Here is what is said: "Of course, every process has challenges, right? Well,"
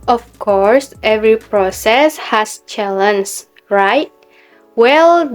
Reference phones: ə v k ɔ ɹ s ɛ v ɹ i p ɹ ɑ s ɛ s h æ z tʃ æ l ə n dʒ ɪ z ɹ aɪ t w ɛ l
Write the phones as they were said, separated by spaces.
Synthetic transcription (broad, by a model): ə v k ɔ ɹ s ɛ v ɹ i p ɹ ɑ s ɛ s h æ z tʃ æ l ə n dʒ ɹ aɪ t w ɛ l